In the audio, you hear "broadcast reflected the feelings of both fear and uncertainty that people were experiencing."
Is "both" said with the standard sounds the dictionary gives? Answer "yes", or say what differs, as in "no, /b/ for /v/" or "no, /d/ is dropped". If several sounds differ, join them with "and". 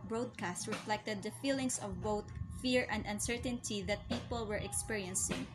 no, /t/ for /θ/